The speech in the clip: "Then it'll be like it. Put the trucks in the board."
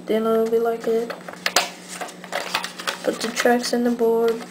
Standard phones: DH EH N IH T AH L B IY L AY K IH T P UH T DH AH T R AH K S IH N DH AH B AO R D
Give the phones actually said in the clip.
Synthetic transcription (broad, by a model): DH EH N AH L B IY L AY K IH T B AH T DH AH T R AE K S IH N DH AH B AO R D